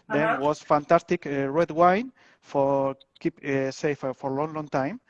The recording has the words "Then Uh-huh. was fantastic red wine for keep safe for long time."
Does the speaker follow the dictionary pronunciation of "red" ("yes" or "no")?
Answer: yes